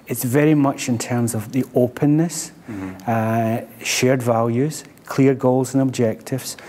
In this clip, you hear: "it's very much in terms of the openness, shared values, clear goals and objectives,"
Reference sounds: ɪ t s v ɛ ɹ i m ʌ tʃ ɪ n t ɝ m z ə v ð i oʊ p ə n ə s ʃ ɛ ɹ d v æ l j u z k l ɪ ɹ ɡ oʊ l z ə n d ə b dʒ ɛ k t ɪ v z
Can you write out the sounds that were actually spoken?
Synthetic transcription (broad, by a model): ɪ t s v ɛ ɹ i m ʌ tʃ ɪ n t ɝ m z ə v ð i oʊ p ə n ə s ʃ ɛ ɹ d v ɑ l j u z k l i ɹ ɡ oʊ l z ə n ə b dʒ ɛ k t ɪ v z